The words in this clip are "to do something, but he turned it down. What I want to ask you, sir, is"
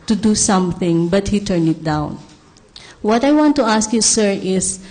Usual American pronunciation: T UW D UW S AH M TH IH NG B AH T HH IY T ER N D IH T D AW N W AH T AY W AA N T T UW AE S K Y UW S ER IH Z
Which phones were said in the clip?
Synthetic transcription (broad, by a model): T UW D UW S AH M TH IH NG B AH T HH IY T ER N IH T D AW N W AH T AY W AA N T T UW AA S K Y UW S ER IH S